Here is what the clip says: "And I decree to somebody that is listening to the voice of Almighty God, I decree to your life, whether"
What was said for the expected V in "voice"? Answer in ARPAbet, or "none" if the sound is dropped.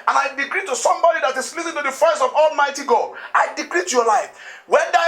F